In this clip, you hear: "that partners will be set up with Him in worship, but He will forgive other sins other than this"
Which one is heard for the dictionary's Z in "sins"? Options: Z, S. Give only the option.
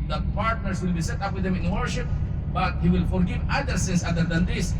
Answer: S